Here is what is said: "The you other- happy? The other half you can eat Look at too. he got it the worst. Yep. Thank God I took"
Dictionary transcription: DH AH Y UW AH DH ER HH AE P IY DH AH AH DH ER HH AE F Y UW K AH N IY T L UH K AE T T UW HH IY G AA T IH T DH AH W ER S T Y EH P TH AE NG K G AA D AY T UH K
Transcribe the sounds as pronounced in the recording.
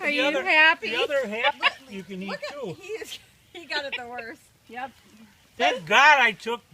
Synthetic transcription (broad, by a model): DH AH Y AH DH ER HH AE P IY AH AH DH ER HH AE P Y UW K AH N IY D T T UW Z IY G AA T IH T DH AH W ER S T Y EH P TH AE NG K G AA D AY T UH K